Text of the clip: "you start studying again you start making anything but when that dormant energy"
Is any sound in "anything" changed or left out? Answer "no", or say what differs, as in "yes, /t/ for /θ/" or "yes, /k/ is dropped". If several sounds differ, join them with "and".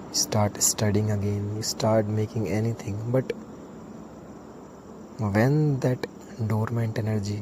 yes, /t/ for /θ/